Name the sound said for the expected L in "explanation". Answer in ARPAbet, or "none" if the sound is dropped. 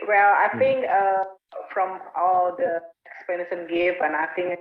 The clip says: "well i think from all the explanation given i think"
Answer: none